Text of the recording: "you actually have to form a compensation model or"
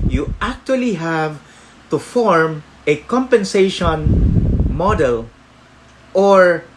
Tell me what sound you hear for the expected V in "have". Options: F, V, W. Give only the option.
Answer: V